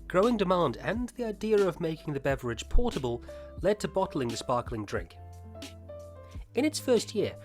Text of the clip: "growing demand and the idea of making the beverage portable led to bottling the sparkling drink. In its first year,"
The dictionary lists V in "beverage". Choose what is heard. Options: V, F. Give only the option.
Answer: V